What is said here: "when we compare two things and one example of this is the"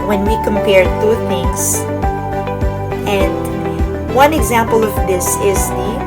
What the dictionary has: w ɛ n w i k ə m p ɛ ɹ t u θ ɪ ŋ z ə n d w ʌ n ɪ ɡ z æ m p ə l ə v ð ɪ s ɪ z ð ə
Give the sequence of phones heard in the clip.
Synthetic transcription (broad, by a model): w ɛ n w i k ə m p ɛ ɹ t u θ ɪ ŋ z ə n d w ʌ n ɪ ɡ z æ m p ə l ə v ð ɪ s ɪ z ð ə